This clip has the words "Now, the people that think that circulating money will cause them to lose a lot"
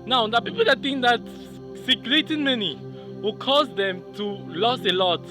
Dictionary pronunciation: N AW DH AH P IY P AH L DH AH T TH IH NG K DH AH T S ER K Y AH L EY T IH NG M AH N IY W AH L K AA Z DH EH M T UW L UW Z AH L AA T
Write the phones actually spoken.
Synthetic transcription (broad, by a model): N AW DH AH P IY P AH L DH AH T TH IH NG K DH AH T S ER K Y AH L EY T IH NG M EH N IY W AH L K AA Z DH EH M T UW L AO S AH L AA T